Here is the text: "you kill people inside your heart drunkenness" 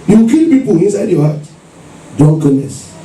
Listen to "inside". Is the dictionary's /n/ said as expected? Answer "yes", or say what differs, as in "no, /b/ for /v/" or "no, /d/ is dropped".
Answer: yes